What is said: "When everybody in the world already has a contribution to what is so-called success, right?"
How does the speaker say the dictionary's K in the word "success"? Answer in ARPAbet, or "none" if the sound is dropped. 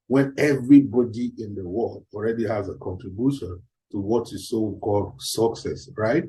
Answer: K